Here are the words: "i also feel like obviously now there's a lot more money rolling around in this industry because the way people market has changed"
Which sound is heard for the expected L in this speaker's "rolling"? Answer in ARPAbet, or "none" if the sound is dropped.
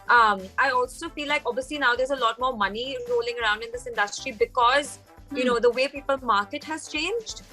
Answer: L